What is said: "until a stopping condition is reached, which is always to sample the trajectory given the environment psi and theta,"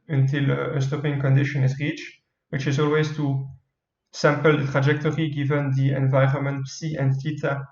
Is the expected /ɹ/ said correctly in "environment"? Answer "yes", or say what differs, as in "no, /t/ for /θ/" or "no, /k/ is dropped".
yes